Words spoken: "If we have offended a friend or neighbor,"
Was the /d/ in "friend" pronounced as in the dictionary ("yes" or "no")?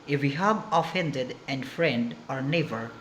yes